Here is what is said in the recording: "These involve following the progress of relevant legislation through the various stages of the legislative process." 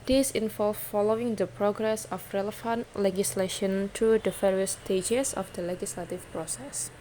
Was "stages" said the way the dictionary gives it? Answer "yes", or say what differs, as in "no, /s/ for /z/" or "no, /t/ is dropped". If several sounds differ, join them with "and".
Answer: no, /s/ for /z/